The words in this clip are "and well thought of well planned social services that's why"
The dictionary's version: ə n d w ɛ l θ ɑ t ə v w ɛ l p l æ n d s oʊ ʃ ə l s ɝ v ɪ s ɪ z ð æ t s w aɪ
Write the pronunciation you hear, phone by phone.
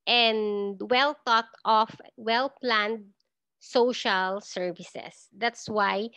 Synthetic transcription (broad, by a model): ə n d w ɛ l t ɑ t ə f w ɛ l p l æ n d s oʊ ʃ ə l s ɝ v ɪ s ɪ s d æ t s w aɪ